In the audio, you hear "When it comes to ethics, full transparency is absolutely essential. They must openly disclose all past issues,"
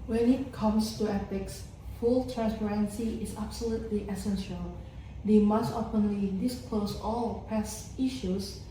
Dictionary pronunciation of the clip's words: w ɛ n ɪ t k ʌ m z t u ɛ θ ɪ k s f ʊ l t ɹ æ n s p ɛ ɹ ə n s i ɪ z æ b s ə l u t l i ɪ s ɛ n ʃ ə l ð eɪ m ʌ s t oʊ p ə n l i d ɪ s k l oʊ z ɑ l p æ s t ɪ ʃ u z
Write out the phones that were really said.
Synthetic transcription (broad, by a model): w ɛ n ɪ t k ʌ m s t u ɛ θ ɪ k s f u l t ɹ æ n s p ɛ ɹ ə n s i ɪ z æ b s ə l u t l i ɪ s ɛ n ʃ ə l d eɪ m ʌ s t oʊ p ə n l i d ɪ s k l oʊ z ɑ l p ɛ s ɪ ʃ u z